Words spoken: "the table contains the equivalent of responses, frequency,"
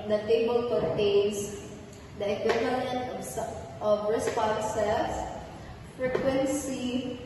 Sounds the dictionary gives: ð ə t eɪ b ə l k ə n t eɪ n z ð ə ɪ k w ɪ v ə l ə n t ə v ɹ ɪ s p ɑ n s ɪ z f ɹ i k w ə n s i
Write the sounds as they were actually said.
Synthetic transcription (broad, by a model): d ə t eɪ b ə l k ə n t eɪ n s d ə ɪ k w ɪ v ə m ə n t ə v ɹ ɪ s p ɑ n s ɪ s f ɹ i k w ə n s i